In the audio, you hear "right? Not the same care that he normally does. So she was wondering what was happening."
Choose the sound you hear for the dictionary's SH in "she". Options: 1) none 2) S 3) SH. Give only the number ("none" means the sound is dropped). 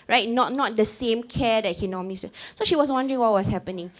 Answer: 3